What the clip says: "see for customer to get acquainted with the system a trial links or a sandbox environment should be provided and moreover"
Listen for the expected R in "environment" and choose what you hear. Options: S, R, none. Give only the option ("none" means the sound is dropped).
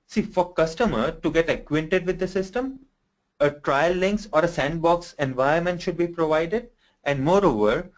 none